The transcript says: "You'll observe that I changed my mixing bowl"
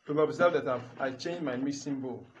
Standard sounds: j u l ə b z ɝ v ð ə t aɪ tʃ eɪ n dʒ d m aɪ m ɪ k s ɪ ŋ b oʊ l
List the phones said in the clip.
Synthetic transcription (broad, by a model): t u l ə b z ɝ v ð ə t aɪ tʃ eɪ n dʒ m aɪ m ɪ s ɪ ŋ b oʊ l